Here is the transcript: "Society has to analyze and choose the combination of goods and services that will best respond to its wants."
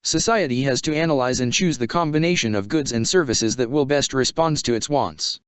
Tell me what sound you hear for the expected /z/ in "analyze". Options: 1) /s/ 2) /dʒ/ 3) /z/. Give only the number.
3